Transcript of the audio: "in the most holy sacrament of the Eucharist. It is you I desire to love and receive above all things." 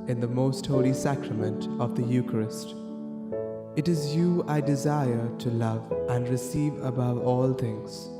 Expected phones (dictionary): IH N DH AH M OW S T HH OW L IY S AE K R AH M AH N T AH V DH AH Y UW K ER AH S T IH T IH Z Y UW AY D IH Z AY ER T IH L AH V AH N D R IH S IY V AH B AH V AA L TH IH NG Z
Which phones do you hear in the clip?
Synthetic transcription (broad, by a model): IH N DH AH M OW S T HH OW L IY S AE K R AH M AH N T AH V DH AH Y UW K ER AH S T IH T IH Z Y UW AY D IH Z AY ER T IH L AH V AH N D R IH S IY V AH B AH V AA L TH IH NG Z